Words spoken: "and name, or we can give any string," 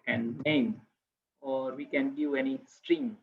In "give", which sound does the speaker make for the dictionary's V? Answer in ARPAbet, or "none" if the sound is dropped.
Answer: none